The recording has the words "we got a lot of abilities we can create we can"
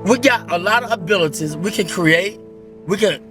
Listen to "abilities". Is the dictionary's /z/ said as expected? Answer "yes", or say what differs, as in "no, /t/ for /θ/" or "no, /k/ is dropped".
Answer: yes